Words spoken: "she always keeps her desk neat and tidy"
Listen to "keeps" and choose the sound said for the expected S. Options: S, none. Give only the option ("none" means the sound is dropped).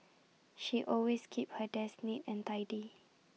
none